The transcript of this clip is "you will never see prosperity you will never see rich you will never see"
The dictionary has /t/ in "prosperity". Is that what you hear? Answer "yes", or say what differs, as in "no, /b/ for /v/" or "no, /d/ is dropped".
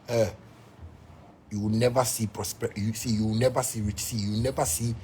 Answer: no, /s/ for /t/